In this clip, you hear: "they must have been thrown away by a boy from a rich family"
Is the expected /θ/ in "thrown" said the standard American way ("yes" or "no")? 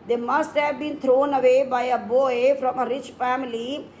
no